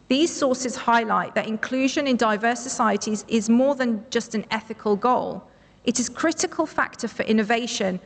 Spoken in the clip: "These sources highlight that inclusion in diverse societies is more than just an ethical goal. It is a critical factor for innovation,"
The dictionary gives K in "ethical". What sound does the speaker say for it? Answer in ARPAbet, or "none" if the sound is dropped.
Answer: K